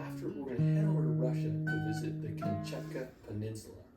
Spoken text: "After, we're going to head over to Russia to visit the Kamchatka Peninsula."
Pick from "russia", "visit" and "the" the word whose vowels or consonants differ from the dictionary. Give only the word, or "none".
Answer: none